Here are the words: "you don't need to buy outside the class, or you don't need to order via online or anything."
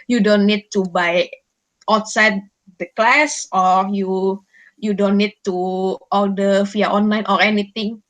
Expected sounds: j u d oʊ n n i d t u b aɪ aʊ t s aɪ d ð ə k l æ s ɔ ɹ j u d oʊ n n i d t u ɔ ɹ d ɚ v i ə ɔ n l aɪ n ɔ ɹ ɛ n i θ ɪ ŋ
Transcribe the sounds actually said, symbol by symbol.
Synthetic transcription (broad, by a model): j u d oʊ n n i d t u b aɪ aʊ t s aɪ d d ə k l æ s ɔ ɹ j u d oʊ n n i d t u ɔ l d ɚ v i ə ɔ n l aɪ n ɔ ɹ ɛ n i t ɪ ŋ